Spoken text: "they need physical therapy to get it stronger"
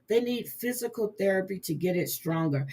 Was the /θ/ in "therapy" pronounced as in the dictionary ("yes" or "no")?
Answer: yes